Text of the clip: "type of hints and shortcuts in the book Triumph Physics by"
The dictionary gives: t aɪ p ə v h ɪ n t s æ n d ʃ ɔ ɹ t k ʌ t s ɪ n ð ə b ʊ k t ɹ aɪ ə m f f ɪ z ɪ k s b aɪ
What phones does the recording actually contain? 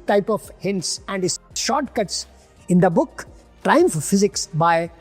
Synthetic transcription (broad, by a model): t aɪ p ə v h ɪ n t s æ n d ʃ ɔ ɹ t k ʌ t s ɪ n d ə b ʊ k t ɹ aɪ ə m f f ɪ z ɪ k s b aɪ